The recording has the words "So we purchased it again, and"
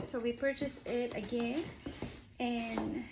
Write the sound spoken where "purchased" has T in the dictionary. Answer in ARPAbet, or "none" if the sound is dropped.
none